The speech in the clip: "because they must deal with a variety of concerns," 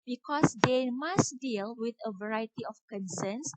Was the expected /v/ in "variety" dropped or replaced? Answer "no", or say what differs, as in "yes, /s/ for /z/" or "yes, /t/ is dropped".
no